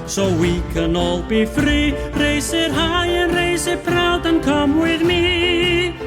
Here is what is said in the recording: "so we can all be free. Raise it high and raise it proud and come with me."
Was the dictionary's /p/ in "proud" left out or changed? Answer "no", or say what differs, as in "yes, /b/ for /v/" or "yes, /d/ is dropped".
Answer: no